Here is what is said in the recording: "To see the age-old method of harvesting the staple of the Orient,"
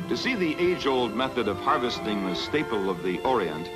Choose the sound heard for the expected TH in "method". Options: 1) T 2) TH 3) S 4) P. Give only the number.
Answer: 2